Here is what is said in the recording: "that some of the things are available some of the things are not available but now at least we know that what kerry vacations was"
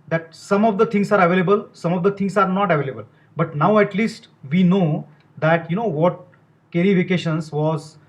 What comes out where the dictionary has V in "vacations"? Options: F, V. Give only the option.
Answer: F